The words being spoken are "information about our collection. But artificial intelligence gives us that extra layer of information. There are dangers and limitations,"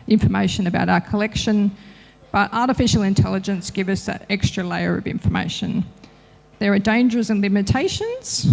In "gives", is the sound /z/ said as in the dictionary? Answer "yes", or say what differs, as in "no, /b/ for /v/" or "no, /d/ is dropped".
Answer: no, /z/ is dropped